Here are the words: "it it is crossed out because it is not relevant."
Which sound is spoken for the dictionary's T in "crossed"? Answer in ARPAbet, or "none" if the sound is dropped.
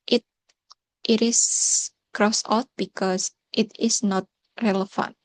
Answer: none